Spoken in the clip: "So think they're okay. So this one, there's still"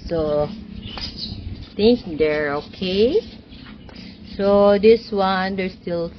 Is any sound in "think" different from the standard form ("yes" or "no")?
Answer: yes